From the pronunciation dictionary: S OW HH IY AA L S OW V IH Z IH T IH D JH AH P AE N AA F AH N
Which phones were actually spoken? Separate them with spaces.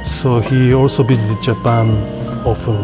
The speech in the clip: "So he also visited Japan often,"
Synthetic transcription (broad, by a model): S OW HH IY AA L S OW B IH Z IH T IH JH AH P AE N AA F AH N